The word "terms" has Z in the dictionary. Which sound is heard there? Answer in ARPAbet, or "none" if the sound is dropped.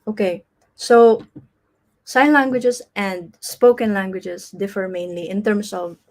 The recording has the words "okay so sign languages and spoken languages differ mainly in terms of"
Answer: S